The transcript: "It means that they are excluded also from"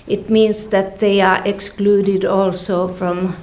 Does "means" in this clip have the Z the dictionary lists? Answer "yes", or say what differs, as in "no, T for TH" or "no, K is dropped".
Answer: no, S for Z